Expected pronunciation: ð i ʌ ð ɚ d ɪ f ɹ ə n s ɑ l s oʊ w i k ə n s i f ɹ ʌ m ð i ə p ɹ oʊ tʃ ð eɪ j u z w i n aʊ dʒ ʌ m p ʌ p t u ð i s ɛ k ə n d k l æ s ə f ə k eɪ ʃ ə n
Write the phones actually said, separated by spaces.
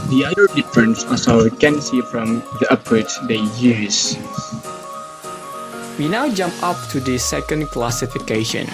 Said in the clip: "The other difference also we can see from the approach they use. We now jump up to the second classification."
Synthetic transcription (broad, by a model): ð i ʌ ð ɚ d ɪ f ɹ ə n s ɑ s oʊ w k ə n s i f ɹ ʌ m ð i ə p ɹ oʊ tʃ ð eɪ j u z w i n aʊ dʒ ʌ m p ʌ p t u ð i s ɛ k ə n d k l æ s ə f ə k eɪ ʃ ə n